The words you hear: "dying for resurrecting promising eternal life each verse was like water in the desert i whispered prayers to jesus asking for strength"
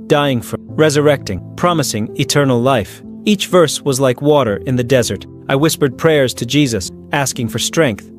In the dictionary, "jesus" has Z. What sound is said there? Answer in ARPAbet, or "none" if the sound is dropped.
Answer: Z